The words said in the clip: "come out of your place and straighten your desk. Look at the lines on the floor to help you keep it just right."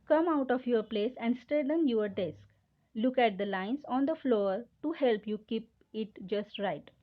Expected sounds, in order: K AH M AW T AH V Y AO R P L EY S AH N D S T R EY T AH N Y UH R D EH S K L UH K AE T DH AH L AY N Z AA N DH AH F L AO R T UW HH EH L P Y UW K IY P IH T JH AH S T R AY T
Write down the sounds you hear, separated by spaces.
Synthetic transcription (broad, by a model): K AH M AW T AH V Y AO R P L EY S AH N D S T EY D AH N Y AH R D EH S K L UH K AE T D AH L AY N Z AA N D AH F L AO R T UW HH EH L P Y UW K IY P IH T JH AH S T R AY T